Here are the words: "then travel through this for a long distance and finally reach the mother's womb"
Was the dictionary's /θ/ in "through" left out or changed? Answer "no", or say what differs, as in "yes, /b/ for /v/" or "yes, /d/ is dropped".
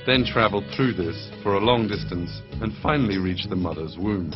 no